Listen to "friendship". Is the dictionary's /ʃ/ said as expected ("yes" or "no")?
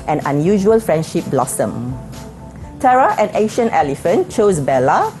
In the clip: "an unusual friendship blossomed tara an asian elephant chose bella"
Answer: yes